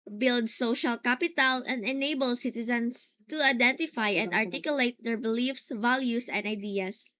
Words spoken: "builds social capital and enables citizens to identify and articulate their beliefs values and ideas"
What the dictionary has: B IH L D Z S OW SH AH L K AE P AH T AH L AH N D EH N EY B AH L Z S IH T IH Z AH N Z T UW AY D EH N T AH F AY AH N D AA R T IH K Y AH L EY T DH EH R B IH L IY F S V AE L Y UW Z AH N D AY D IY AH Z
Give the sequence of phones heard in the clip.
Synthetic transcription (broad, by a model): B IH L D S OW SH AH L K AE P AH T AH L AH N D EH N EY B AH L S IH T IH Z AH N S T UW AY D EH N T AH F AY AH N D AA R T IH K Y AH L EY T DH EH R B IH L IY F S V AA L Y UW S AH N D AY D IY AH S